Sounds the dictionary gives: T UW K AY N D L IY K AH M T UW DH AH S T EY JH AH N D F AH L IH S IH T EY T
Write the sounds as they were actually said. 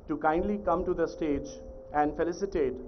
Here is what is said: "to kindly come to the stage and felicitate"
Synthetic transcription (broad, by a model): T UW K AY N D L IY K AH M T UW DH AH S T EY JH AH N D F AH L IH S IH T EY T